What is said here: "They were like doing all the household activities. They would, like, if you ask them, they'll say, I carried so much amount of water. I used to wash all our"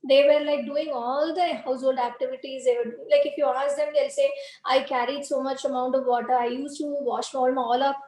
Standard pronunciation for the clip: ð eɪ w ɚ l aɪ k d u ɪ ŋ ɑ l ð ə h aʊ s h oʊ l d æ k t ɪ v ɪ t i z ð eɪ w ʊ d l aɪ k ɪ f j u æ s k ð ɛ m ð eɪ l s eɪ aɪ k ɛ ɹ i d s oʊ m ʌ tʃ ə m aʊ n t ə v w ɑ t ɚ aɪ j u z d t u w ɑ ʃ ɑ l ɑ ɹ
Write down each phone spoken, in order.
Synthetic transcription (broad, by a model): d eɪ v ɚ l aɪ k d u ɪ ŋ ɑ l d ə h aʊ s h oʊ l d æ k t ɪ v ɪ t i z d eɪ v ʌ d l aɪ k ɪ f j u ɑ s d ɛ m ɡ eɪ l s eɪ aɪ k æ ɹ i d s oʊ m ʌ tʃ ə m aʊ n t ə v ɑ t ɚ aɪ j u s t u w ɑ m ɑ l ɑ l